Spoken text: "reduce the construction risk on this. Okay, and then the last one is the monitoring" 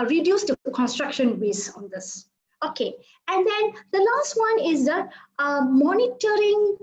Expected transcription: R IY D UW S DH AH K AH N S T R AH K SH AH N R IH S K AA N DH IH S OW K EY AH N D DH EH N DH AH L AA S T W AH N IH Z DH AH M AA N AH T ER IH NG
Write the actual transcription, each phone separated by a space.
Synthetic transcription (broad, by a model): R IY D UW S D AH K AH N S T R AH K SH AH N W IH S AA N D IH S OW K EY AH N D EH N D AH L AA S T W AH N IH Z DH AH M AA N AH T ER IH NG